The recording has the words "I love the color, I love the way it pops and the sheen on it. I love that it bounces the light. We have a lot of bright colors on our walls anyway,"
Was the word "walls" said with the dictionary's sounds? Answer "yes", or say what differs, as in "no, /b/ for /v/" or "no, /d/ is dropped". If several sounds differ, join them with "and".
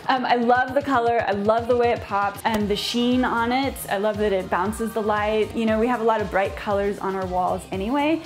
yes